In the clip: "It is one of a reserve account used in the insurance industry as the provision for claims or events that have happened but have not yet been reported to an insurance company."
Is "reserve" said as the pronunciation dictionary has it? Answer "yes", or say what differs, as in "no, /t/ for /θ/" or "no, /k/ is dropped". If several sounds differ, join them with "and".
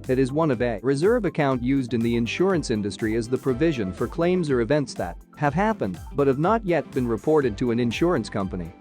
yes